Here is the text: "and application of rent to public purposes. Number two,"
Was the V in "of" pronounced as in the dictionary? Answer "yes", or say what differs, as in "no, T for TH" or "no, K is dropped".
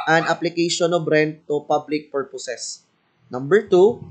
no, B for V